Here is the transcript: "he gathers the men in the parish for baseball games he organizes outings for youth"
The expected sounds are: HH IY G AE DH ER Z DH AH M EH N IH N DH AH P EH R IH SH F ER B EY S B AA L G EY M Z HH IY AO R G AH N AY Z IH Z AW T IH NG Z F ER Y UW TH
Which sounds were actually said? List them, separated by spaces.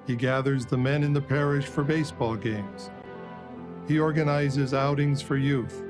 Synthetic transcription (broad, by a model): HH IY G AE DH ER Z DH AH M EH N IH N DH AH P EH R IH SH F ER B EY S B AA L G EY M Z HH IY AO R G AH N AY Z IH Z AW T IH NG Z F ER Y UW TH